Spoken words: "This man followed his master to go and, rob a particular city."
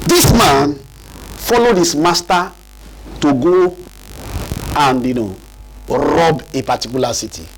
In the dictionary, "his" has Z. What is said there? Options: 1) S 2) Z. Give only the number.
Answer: 1